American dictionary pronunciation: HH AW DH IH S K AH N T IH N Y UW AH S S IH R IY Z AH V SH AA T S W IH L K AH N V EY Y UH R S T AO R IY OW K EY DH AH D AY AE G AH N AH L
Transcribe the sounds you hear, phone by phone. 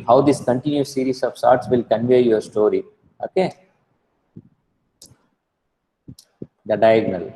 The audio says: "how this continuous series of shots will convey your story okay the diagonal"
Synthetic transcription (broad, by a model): HH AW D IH S K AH N T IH N Y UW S S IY R IY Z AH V S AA T S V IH L K AH N V EY Y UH R S T AO R IY OW K EY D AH D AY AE G N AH L